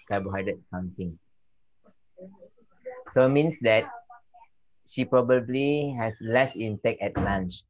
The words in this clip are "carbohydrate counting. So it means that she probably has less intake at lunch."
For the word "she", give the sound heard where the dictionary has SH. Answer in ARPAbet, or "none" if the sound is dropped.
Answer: SH